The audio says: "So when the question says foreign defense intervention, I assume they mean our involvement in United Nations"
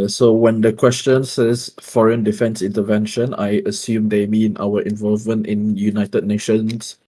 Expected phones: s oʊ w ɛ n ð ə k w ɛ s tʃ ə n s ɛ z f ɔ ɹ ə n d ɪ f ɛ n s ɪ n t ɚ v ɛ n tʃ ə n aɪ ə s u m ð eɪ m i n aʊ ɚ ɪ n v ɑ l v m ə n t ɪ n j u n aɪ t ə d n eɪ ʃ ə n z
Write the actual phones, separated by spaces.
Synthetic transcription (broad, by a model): s oʊ w ɛ n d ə k w ɛ s tʃ ə n s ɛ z f ɔ ɹ ə n d ɪ f ɛ n s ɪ n t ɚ v ɛ n ʃ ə n aɪ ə s u m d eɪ m i n aʊ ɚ ɪ n v ɑ l v m ə n t ɪ n j u n aɪ t ə d n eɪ ʃ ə n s